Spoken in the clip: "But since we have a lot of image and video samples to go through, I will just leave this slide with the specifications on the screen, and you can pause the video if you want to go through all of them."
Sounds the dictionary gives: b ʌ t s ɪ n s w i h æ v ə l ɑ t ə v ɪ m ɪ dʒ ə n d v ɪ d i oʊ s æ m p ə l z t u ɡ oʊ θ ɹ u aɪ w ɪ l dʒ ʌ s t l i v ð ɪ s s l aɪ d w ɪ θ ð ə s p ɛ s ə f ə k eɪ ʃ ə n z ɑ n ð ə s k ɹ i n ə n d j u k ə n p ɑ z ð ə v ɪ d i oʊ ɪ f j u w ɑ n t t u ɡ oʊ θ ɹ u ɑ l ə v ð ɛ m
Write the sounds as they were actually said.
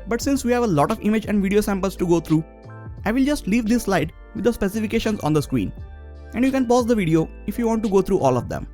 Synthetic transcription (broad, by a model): b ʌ t s ɪ n s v i h æ v ə l ɑ t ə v ɪ m ɪ dʒ ə n d v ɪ d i oʊ s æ m p ə l s t u ɡ oʊ t ɹ u aɪ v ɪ l dʒ ʌ s t l i v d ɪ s s l aɪ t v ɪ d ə s p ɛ s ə f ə k eɪ ʃ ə n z ɑ n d ə s k w i n ə n d j u k ə n p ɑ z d ə v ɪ d i oʊ ɪ f j u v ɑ n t t u ɡ oʊ t ɹ u ɑ l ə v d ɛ m